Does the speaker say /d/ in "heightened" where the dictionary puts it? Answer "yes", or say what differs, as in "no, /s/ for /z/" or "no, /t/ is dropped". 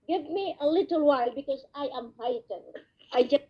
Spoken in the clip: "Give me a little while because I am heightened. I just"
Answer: no, /d/ is dropped